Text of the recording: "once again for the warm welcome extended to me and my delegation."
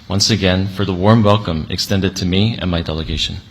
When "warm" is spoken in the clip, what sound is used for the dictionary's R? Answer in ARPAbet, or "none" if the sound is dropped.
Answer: R